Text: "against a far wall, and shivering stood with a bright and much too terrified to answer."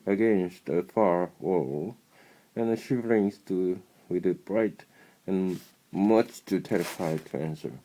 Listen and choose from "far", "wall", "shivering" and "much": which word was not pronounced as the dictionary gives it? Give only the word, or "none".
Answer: none